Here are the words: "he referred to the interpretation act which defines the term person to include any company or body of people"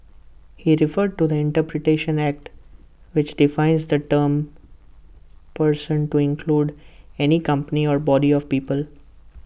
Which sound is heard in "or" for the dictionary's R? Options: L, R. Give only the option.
R